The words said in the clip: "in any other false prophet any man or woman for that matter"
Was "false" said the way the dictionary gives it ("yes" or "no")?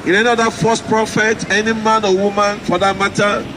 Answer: no